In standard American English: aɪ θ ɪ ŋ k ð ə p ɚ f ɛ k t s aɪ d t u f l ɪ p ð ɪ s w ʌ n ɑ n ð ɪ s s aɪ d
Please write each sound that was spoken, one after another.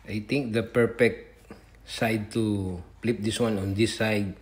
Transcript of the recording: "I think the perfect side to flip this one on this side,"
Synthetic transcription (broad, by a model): aɪ t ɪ ŋ k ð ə p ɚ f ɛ k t s aɪ d t u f l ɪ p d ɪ s w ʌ n ɑ n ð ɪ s s aɪ d